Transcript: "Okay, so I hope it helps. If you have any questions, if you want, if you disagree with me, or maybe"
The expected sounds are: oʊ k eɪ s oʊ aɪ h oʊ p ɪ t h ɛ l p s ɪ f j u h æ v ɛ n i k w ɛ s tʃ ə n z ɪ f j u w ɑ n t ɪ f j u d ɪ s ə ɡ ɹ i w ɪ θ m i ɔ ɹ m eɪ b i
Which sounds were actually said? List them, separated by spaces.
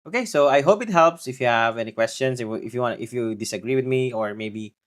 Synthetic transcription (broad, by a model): oʊ k eɪ s oʊ aɪ h oʊ p ɪ t h ɛ l p s ɪ f j u h æ v ɛ n i k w ɛ s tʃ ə n s ɪ f j u w ɑ n t ɪ f j u d ɪ s ə ɡ ɹ i w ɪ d m i ɔ ɹ m eɪ b i